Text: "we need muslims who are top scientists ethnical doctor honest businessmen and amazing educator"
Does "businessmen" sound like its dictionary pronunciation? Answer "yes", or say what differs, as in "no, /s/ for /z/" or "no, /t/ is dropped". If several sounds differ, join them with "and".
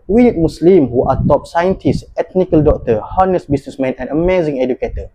no, /s/ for /z/